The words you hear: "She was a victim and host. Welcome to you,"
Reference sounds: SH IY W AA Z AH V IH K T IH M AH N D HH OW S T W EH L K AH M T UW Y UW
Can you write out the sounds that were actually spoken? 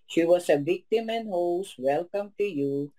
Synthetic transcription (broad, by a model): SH IY W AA S AH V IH K T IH M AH N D HH OW S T W EH L K AH M T UW Y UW